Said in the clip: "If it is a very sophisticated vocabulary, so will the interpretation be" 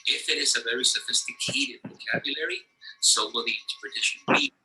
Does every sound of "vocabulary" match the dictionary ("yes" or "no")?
yes